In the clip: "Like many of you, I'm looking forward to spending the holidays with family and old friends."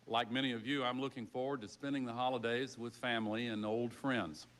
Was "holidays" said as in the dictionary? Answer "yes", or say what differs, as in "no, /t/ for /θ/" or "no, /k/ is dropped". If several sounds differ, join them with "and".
yes